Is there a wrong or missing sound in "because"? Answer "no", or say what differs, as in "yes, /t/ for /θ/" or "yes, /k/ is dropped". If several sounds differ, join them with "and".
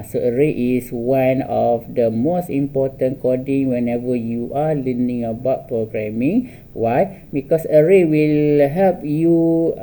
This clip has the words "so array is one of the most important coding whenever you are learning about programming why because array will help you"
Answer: yes, /s/ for /z/